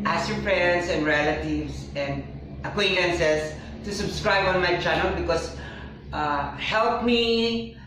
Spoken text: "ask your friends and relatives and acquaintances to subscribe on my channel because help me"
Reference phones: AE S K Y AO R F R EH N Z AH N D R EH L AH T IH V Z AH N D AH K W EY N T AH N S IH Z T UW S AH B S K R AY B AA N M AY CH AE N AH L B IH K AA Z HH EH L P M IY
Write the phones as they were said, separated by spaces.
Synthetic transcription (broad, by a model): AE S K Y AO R P R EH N S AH N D R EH L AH T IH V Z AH N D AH K W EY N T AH N S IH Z T UW S AH B S K R AY B AA N M AY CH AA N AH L B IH K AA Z HH EH L P M IY